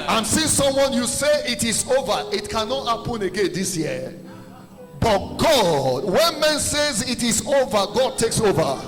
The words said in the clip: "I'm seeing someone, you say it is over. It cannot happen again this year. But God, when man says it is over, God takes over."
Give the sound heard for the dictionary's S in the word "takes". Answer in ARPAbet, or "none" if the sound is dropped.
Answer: S